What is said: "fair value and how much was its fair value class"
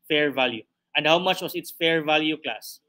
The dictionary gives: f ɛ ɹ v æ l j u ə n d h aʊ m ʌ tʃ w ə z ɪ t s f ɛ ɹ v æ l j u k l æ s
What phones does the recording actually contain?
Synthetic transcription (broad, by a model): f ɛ ɹ v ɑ l j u ə n d h aʊ m ʌ tʃ w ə s ɪ t s f ɛ ɹ v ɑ l j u k l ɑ s